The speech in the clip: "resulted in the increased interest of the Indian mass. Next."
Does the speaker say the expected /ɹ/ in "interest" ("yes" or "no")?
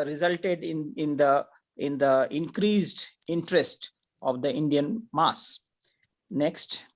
yes